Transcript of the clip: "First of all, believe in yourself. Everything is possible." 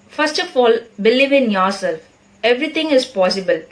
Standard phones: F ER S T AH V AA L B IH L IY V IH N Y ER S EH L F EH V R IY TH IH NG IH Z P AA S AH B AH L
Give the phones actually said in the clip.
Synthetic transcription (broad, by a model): F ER S T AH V AA L B IH L IY V IH N Y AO S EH L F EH V R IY T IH NG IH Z P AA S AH B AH L